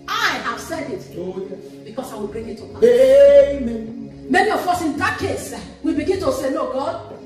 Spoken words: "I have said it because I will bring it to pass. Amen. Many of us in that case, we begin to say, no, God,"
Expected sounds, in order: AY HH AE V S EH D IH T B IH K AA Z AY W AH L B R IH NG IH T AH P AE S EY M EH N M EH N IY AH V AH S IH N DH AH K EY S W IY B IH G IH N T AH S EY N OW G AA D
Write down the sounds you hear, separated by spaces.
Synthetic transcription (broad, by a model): AY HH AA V S EH D IH T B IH K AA S AY W AH L B R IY NG IH T AH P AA EY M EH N M EH N IY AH F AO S IH N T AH K EY S W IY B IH G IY N T AH S EY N OW G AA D